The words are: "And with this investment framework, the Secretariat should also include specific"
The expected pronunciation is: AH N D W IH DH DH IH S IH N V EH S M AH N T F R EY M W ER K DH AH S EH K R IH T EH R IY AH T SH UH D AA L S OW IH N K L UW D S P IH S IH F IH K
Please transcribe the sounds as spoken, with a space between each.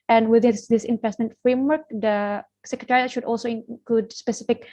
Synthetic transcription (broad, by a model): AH N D W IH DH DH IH S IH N P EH S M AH N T F R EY M W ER K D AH S EH K R IH T EH R IY AH T SH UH D AA L S OW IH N K L UW D S P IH S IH F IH K